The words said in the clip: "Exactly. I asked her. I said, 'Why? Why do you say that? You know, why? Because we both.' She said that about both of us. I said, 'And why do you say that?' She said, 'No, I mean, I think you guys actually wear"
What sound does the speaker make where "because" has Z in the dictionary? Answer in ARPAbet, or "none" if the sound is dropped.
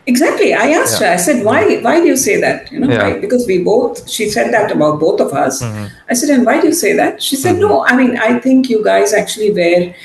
Z